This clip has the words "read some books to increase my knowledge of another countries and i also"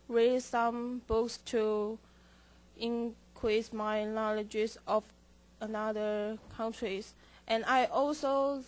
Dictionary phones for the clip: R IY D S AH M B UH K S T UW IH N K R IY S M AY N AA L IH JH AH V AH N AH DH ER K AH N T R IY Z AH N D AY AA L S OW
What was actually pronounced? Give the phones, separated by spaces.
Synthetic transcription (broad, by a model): R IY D S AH M B UH K S T UW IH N K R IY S M AY N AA L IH JH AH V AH N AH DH ER K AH N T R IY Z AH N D AY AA L S OW